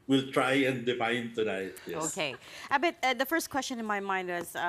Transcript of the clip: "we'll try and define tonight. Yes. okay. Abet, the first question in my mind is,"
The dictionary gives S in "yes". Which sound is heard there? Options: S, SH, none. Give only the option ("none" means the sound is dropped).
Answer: none